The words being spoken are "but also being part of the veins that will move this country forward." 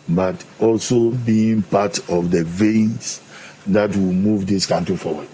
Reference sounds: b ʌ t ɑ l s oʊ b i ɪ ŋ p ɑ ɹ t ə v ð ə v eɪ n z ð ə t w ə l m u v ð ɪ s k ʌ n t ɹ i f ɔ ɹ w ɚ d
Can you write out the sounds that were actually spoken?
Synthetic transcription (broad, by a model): b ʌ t ɑ l s oʊ b i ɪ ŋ p ɑ t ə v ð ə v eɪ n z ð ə t w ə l m u v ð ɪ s k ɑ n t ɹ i f ɔ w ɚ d